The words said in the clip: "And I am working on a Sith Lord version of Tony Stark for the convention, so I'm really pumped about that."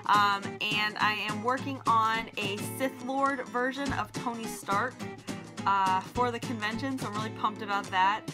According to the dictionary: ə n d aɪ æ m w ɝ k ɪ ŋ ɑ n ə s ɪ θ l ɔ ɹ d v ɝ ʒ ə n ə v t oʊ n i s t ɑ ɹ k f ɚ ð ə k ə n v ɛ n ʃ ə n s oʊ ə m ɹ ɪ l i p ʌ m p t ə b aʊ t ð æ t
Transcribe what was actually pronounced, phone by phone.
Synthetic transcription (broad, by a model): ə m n aɪ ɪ m w ɝ k ɪ ŋ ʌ n ə s ɪ θ l ɔ ɹ d v ɝ ʒ ə n ə v t oʊ n i s t ɑ ɹ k f ɚ ð ə k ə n v ɛ n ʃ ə n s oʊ ə m ɹ ɪ l i p ʌ m p t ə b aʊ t ð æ t